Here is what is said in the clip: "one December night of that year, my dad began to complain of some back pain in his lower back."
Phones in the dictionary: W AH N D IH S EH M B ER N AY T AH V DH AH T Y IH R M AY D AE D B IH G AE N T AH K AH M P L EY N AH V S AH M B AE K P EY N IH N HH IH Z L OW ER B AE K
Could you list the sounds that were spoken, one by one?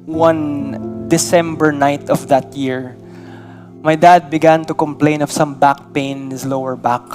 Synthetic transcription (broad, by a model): W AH N D IH S EH M B ER N AY T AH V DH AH T Y IH R M AY D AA D B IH G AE N T AH K AH M P L EY N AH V S AH M B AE K P EY IH N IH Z L OW ER B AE K